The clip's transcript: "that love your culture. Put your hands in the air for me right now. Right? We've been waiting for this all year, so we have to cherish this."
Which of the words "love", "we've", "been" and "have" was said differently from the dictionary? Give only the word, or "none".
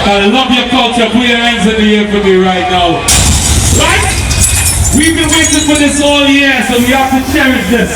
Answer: have